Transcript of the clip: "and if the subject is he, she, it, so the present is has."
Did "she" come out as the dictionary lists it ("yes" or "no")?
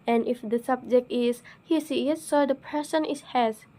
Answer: no